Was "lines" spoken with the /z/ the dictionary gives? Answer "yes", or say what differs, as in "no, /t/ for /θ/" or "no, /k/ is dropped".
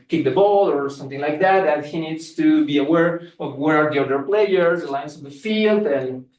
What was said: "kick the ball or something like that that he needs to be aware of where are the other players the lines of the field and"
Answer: no, /s/ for /z/